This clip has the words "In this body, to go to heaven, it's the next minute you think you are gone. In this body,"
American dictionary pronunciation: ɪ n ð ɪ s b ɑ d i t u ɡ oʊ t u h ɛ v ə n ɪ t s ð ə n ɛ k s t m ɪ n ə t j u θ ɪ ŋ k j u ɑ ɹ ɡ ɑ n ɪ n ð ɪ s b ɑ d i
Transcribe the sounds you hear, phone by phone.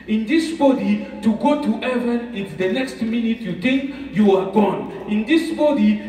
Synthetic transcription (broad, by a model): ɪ n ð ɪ s b ɑ d i t u ɡ oʊ t u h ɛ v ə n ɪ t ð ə n ɛ k s t m ɪ n ə t j u t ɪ k j u ɑ ɹ ɡ ɑ n ɪ n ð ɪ s b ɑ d i